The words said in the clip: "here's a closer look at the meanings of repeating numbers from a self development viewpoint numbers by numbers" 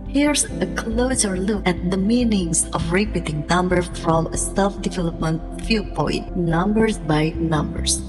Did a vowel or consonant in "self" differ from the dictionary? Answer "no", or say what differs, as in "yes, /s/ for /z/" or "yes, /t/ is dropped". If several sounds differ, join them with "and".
yes, /l/ is dropped